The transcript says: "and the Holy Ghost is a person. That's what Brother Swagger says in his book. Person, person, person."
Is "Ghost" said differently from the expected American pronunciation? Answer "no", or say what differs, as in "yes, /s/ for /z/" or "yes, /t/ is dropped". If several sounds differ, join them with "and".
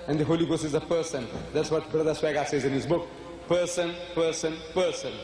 yes, /t/ is dropped